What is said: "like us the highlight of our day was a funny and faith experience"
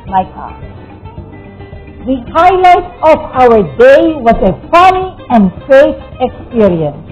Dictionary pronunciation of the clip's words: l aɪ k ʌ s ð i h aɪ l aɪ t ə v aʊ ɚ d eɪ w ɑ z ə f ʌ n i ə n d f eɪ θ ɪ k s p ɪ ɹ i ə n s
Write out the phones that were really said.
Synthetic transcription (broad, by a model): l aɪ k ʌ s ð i h aɪ l aɪ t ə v aʊ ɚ d eɪ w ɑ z ə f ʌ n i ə n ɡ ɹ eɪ t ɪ k s p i ɹ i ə n s